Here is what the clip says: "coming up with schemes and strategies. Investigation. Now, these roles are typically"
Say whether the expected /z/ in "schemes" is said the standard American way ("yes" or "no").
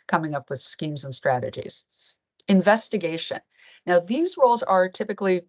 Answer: yes